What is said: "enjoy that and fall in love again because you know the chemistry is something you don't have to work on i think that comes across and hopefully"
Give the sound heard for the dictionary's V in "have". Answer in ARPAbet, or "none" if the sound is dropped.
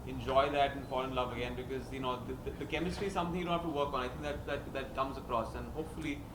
F